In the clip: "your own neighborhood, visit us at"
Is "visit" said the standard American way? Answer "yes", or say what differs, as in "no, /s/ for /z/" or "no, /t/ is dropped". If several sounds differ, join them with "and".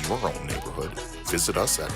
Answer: yes